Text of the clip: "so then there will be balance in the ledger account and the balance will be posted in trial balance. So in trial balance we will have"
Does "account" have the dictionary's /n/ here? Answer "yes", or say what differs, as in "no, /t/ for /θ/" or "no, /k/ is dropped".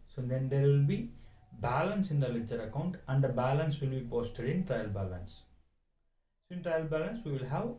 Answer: yes